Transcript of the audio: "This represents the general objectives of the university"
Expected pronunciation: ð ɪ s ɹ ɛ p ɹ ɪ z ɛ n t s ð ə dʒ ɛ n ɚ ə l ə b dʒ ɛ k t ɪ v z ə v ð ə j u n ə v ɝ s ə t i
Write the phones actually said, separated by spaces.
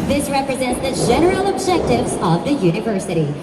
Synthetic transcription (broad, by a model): ð ɪ s ɹ ɛ p ɹ ɪ z ɛ n t s ð ə dʒ ɛ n ɚ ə l ə b dʒ ɛ k t ɪ v z ə v ð ə j u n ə v ɝ s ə t i